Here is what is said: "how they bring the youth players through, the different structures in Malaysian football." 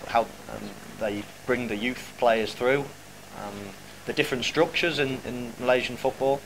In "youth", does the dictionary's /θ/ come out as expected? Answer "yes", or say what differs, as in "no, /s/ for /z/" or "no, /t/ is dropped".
yes